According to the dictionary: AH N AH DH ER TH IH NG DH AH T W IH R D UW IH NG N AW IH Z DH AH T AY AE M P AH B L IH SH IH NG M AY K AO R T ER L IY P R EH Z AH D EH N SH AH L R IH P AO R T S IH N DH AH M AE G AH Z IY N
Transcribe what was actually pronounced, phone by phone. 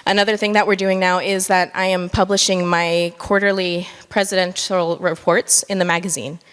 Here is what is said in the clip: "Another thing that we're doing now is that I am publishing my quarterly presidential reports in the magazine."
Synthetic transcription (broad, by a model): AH N AH DH ER TH IH NG DH AH T W IH R D UW IH NG N AW IH Z DH AH T AY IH M P AH B L IH SH IH NG M AY K AO R T ER L IY P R EH Z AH D EH N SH L R IH P AO R T S IH N DH AH M AE G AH Z IY N